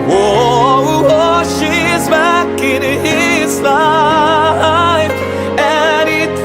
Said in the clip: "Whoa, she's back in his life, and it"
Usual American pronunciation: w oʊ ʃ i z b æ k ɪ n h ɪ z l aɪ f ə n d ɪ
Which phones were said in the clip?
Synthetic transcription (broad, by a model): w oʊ ʃ i z b æ k ɪ n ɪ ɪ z l aɪ f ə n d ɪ